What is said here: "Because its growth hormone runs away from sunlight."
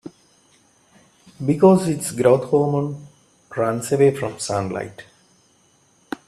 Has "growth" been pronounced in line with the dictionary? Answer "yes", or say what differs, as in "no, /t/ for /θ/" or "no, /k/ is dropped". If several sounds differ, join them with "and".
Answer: no, /t/ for /θ/